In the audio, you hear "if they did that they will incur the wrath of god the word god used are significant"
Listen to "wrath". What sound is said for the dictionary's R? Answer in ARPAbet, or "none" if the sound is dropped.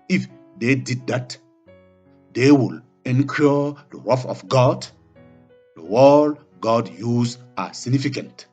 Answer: W